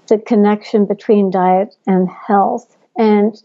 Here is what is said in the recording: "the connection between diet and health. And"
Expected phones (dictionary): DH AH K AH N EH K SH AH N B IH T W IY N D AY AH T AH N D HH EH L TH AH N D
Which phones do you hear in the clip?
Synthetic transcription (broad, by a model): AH K AH N EH K SH AH N B IH T W IY N D AY AH T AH N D HH EH L TH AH N